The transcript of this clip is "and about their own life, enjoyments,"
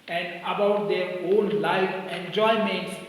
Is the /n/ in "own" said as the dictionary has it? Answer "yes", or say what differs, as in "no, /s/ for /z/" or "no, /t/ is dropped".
no, /l/ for /n/